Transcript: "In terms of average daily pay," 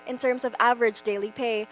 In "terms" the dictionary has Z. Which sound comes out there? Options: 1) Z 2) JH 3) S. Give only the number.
1